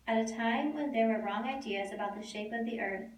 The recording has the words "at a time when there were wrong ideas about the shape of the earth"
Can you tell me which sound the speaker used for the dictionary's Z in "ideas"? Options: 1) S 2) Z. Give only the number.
2